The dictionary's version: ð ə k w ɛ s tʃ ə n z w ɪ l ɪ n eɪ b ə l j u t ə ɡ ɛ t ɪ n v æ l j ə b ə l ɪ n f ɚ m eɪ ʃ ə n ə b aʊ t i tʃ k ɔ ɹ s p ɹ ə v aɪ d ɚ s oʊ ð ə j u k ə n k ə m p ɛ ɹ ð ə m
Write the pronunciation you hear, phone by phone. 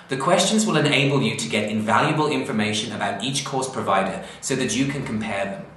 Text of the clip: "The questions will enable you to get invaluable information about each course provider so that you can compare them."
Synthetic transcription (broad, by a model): ð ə k w ɛ s tʃ ə n z w ɪ l ɪ n eɪ b ə l j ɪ t ə ɡ ɛ t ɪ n v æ l j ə b ə l ɪ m f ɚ m eɪ ʃ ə n ə b aʊ t i tʃ k ɔ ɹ s p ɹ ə v aɪ d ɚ s oʊ ð ə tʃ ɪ k ə n k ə m p ɛ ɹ ð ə m